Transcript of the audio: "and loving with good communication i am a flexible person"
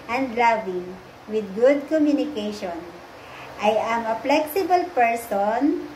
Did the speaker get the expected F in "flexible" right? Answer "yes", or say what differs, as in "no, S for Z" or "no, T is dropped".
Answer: no, P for F